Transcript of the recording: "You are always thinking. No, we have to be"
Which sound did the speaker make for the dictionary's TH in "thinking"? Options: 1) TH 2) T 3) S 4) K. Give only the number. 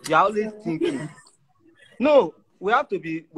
2